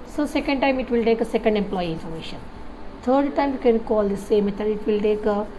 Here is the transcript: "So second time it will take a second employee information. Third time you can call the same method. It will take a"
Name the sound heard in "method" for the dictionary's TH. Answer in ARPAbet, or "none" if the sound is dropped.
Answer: T